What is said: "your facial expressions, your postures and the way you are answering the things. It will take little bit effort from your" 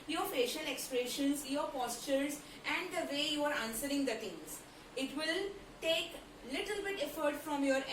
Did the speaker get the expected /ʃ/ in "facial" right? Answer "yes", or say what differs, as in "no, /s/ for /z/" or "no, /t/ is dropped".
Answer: yes